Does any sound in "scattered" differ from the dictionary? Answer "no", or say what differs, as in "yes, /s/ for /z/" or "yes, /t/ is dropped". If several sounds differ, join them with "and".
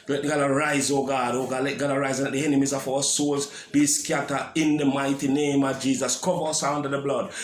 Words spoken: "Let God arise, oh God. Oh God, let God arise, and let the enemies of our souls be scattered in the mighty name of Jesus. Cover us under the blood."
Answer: yes, /d/ is dropped